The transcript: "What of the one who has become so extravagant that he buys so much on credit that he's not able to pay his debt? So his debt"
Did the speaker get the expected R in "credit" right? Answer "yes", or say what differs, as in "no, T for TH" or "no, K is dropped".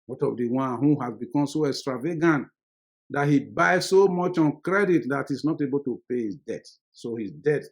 yes